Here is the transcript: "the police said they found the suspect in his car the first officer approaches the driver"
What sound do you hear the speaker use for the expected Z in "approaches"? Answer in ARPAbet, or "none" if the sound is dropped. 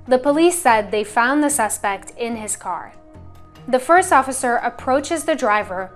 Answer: Z